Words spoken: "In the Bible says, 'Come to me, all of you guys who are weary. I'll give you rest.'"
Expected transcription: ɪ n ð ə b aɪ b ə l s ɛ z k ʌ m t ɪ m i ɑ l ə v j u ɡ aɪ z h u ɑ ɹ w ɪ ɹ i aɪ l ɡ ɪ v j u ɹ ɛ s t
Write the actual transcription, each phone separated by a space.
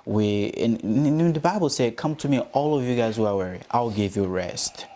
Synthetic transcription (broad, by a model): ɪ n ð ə b aɪ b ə l s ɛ k ʌ m t ɪ m i ɑ l ə v j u ɡ aɪ z h u ɑ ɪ w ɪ ɹ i aɪ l ɡ ɪ v j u ɹ ɛ s t